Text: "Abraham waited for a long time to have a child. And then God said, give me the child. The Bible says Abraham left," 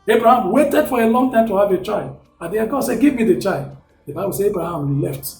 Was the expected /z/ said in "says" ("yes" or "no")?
no